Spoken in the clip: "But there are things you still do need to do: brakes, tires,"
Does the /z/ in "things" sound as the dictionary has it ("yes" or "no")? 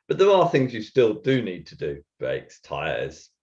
yes